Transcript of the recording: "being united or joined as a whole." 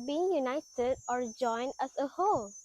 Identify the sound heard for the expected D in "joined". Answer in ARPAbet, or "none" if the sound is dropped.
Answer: D